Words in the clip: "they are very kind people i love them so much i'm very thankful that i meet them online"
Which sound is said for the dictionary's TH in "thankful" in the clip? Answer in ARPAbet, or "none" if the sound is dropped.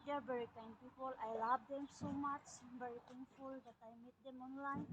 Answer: T